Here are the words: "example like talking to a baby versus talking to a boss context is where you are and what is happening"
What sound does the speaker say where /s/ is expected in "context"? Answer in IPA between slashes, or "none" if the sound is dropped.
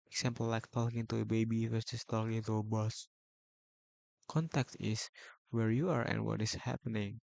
none